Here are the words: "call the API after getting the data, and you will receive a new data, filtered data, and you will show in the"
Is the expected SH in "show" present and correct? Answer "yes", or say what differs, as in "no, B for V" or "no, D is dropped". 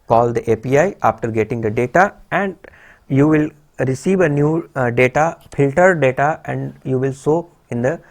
no, S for SH